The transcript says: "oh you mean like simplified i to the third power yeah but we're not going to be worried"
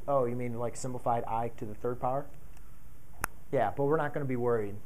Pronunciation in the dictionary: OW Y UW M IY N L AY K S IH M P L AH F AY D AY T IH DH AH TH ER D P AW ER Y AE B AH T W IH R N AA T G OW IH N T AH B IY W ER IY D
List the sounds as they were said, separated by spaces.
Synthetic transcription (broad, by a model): OW Y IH M IY N L AY K S IH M P L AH F AY D AY T IH DH AH TH ER D P AW ER Y AE B AH T W IH R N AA T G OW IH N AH B IY W ER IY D